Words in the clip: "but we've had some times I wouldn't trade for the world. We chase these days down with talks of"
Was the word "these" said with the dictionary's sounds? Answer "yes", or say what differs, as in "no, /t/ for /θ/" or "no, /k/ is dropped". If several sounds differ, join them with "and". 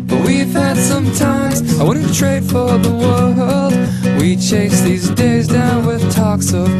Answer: yes